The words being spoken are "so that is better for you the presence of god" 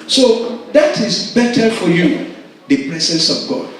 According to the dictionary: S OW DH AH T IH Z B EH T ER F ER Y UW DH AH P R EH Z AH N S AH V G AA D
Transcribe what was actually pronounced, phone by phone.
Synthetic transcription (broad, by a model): S OW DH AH T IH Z B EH T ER F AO Y UW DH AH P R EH S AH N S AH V G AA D